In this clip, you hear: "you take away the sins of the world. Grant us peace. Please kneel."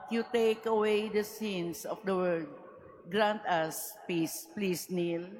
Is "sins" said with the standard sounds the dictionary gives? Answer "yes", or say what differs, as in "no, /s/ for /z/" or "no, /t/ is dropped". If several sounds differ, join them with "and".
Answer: no, /s/ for /z/